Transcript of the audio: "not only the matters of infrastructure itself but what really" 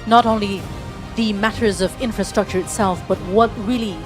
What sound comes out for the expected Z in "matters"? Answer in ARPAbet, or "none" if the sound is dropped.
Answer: Z